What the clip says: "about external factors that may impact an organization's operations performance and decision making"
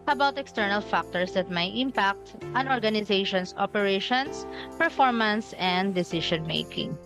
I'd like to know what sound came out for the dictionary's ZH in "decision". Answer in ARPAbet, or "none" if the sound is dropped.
SH